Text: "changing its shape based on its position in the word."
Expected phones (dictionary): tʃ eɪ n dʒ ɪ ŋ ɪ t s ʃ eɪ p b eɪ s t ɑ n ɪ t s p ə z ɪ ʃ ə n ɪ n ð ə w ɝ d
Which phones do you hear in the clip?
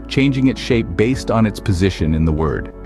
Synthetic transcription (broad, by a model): tʃ eɪ n dʒ ɪ ŋ ɪ t s ʃ eɪ p b eɪ s t n ɪ t s p ə z ɪ ʃ ə n ɪ n ð ə w ɝ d